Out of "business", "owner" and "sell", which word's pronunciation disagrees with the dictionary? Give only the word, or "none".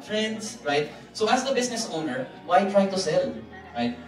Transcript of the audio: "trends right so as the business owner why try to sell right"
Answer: business